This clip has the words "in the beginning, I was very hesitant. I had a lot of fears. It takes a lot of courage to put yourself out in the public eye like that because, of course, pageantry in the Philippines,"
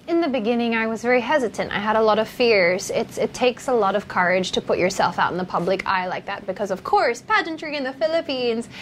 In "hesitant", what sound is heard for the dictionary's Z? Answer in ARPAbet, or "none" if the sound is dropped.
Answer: Z